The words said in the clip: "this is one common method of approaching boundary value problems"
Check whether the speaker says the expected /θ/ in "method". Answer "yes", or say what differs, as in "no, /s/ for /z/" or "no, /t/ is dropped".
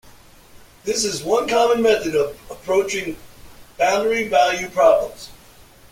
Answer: yes